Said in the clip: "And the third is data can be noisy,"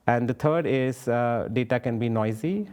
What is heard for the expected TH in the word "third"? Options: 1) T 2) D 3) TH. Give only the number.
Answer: 1